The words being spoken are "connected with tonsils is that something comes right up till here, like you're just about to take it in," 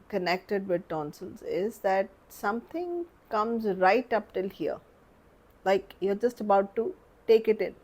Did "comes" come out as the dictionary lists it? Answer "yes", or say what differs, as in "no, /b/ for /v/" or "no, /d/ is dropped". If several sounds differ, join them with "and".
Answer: yes